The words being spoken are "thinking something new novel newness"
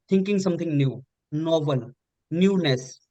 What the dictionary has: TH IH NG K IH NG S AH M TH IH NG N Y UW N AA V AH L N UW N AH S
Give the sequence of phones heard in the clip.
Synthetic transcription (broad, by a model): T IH NG K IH NG S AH M T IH NG N Y UW N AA B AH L N UW N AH S